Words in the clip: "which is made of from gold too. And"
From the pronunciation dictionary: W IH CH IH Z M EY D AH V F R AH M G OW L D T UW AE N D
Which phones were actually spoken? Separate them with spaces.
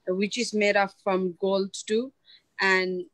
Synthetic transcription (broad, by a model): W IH CH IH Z M EY D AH P F R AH M G OW L D T UW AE N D